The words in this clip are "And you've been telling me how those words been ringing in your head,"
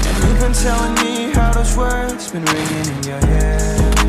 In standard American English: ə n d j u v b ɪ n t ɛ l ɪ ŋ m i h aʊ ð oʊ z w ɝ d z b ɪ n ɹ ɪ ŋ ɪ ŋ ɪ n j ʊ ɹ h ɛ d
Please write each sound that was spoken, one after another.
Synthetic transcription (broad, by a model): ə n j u b ɪ n t ɛ l ɪ ŋ m i h aʊ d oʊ s w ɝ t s b ɪ n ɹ ɪ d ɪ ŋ ɪ n j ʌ ɹ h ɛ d